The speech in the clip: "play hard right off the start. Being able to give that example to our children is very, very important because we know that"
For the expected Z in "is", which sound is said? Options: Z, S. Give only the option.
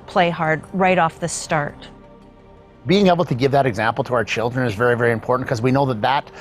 Z